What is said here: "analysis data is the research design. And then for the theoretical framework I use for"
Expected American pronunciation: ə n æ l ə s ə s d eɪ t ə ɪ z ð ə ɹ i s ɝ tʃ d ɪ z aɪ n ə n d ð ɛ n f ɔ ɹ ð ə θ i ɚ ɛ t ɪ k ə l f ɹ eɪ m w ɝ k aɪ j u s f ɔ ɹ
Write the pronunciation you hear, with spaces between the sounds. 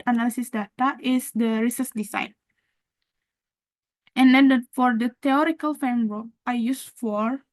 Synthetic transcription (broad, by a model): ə n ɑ l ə s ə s d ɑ t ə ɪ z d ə ɹ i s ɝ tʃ d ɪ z aɪ n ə n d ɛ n f ɔ ɹ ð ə t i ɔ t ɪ k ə l f eɪ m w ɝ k aɪ j u s f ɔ ɹ